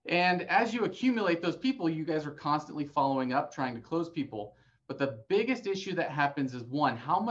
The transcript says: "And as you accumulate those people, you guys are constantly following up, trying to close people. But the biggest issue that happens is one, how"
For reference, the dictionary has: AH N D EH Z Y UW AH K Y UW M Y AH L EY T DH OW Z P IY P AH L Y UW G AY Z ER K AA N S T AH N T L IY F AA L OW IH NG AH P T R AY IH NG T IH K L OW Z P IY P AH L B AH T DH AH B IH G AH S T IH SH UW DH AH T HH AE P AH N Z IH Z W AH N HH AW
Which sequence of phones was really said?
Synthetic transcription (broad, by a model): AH N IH Z Y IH AH K Y UW M Y AH L EY T DH OW Z P IY P L Y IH G AY Z ER K AA N S T AH N T L IY F AA L OW IH NG AH P T R AY IH NG T IH K L OW Z P IY P L B AH T DH AH B IH G AH S T IH SH UW DH AH T HH AE P AH N Z IH Z W AH N HH AW